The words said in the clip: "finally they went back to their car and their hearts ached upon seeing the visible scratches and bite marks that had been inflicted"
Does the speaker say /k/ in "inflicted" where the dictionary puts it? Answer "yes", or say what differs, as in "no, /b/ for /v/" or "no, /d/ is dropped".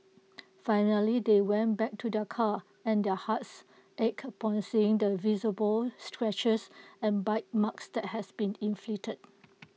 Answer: no, /k/ is dropped